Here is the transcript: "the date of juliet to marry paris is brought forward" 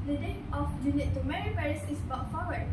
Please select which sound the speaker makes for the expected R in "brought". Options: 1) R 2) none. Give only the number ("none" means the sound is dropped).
2